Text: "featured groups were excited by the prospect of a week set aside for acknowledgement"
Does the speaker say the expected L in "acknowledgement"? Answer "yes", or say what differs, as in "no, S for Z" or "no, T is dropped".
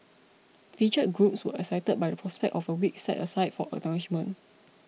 no, N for L